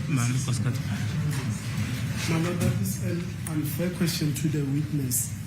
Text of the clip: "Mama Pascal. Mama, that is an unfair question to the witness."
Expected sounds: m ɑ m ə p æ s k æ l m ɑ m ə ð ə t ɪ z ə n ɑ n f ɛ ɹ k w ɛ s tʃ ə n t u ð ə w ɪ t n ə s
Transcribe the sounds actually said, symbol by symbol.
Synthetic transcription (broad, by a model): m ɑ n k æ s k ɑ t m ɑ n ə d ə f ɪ s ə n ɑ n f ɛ k w ɛ s tʃ ə n t u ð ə w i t n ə s